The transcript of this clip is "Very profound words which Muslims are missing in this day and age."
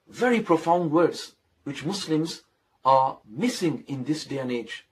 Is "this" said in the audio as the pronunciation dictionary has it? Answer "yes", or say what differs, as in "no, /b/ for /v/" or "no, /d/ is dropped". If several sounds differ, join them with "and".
yes